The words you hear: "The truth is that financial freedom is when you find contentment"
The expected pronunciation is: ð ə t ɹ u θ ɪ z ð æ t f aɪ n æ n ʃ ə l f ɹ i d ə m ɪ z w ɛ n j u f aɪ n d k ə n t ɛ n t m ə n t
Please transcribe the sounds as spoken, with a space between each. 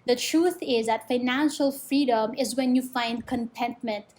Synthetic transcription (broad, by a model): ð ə t ɹ u θ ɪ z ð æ t f aɪ n æ n ʃ ə l f ɹ i d ə m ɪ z w ɛ n j u f aɪ n d k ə n t ɛ n t m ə n t